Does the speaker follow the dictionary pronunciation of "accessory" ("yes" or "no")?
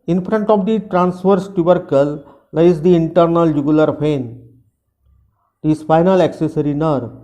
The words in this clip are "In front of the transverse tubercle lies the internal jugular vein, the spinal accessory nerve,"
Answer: yes